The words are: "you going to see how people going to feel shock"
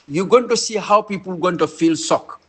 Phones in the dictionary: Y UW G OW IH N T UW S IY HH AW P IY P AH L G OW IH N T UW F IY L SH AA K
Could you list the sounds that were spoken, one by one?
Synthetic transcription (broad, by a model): Y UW G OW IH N T UW S IY HH AW P IY P AH L G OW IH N T UW F IY L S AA K